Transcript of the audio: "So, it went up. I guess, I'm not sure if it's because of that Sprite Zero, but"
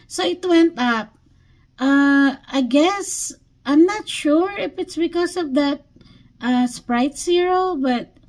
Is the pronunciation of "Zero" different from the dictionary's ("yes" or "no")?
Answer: yes